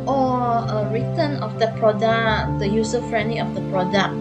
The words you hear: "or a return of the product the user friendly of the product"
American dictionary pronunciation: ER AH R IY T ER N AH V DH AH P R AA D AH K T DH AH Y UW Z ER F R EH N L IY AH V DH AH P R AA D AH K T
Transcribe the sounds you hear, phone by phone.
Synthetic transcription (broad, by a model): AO AH R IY T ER N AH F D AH P R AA D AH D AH Y UW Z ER F R EH N L IY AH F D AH P R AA D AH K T